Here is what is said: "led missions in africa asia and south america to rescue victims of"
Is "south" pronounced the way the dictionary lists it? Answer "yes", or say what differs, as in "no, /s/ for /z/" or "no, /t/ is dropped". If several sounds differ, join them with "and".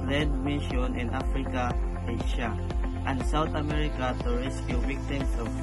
no, /t/ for /θ/